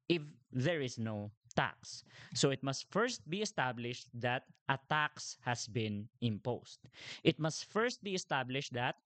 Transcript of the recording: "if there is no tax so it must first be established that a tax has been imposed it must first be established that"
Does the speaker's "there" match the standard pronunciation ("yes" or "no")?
yes